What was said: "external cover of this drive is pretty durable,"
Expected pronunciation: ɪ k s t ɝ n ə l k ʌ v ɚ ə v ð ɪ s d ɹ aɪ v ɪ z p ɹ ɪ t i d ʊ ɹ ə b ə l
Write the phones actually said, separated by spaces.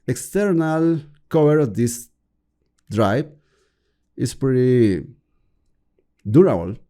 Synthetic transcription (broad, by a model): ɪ k s t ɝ n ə l k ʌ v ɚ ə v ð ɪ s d ɹ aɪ b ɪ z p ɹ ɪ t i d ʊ ɹ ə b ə l